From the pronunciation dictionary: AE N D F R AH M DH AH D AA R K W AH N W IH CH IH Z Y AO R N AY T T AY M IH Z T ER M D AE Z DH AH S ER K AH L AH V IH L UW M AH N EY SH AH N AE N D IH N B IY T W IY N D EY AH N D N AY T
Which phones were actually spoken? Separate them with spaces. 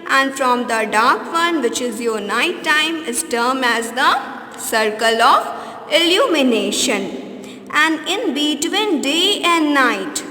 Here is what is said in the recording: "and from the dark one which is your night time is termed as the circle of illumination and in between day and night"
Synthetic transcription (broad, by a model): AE N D F R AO M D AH D AA R K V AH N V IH CH IH Z Y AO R N AY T T AY M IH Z T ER M AE Z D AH S ER K AH L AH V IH L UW M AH N EY SH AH N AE N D IH N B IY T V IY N D EY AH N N AY T